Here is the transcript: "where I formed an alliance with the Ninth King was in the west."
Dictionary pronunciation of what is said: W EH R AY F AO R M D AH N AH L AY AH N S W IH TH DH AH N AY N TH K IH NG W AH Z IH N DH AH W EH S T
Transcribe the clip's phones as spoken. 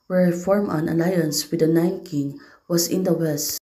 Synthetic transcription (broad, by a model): W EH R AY F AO R M AH N AH L AY AH N S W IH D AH N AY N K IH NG W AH S IH N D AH W EH S T